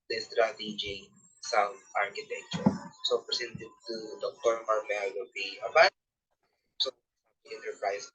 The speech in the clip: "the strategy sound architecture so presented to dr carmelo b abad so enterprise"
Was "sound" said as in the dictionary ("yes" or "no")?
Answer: no